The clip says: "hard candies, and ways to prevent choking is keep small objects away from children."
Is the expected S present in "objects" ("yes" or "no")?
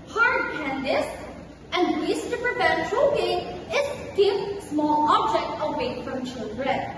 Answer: no